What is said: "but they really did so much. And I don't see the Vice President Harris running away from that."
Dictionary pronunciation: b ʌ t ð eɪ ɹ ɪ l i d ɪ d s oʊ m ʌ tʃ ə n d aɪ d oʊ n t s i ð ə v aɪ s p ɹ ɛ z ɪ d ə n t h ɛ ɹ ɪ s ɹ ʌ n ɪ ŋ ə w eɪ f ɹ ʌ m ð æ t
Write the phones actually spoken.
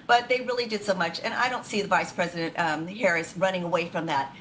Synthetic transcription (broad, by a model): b ʌ t ð eɪ ɹ ɪ l i d ɪ d s oʊ m ʌ tʃ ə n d aɪ d oʊ n t s i ð ə v aɪ s p ɹ ɛ z ɪ d ə n t h ɛ ɹ ɪ s ɹ ʌ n ɪ ŋ ə w eɪ f ɹ ʌ m ð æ t